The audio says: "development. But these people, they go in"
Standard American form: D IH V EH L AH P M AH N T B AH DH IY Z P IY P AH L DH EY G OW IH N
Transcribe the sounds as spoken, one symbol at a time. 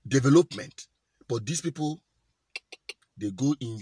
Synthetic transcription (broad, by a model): D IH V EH L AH P M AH N T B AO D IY S P IY P AH L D EY G OW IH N